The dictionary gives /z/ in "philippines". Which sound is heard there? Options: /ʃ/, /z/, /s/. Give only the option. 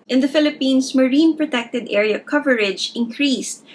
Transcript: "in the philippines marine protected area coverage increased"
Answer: /s/